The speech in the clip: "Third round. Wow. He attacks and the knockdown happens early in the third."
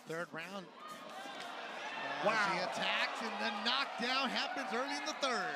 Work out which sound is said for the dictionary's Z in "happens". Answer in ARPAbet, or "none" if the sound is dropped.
Z